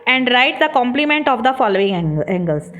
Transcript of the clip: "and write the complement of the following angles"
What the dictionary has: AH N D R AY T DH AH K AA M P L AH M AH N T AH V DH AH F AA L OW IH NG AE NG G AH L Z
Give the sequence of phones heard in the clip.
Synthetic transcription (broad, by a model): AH N D R AY T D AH K AA M P L AH M AH N T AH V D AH F AA L OW IH NG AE NG G AH L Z